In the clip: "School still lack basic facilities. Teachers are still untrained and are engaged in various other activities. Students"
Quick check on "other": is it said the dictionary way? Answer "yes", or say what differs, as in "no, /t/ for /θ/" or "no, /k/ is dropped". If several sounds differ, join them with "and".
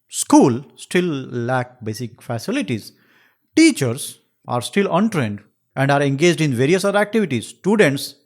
no, /ð/ is dropped